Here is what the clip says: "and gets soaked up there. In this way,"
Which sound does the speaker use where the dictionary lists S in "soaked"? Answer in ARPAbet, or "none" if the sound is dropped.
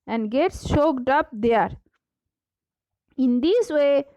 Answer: SH